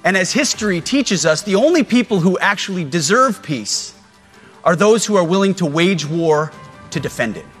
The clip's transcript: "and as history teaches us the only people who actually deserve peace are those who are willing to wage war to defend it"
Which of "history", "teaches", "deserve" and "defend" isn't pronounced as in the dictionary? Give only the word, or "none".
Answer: none